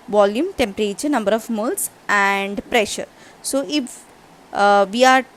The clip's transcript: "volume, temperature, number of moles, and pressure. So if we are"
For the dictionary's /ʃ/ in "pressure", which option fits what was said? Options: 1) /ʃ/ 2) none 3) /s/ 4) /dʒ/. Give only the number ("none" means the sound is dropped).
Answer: 1